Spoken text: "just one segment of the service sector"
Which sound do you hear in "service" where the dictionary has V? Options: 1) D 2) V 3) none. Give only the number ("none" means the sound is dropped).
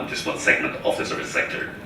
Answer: 3